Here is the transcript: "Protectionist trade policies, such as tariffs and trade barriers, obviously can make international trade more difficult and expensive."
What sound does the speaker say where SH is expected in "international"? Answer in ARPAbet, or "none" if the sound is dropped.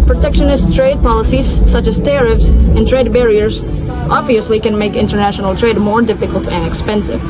SH